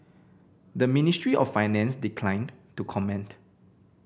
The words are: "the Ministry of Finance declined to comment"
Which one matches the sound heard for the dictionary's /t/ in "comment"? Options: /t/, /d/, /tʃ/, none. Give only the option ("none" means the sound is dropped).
/t/